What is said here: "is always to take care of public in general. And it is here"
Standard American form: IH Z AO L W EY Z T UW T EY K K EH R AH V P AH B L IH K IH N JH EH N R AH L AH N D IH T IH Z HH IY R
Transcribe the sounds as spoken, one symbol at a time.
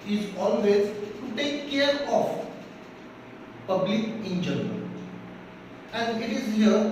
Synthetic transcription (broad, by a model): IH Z AO L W EY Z T UW T EY K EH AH R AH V P AH B L IH K IH N JH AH R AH AH N D IH T IH Z HH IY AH